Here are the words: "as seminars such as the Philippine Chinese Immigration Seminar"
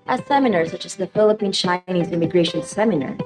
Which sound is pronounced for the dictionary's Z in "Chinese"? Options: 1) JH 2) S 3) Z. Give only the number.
3